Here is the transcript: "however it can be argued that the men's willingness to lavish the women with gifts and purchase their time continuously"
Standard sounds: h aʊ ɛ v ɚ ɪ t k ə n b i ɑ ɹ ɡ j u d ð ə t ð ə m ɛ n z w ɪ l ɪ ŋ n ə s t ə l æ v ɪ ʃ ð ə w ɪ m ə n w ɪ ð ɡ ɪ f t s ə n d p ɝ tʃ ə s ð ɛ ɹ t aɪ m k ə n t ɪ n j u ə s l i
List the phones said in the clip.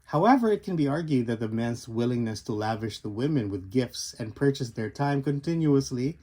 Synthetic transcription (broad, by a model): h aʊ ɛ v ɚ ɪ t k ə n b i ɑ ɹ ɡ j u d ð ə t ð ə m ɛ n z w ɪ l ɪ ŋ n ə s t ə l æ v ɪ ʃ ð ə w ɪ m ə n w ɪ ð ɡ ɪ f t s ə n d p ɝ tʃ ə s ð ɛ ɹ t aɪ m k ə n t ɪ n j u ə s l i